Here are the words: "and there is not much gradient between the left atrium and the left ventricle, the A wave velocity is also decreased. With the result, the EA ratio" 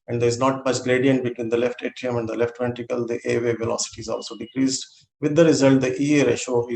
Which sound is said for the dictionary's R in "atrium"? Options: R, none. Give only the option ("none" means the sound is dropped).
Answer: none